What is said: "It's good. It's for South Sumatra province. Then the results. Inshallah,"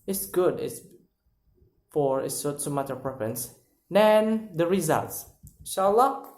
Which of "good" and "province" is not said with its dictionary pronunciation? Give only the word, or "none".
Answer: province